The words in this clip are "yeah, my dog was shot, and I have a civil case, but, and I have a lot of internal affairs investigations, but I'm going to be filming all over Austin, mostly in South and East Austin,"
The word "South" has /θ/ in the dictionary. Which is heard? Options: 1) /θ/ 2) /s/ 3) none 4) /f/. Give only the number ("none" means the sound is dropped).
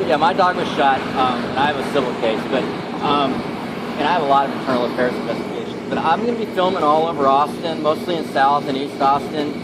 1